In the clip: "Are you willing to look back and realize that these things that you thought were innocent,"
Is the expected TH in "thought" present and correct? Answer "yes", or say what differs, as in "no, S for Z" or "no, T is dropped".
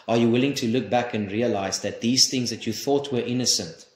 yes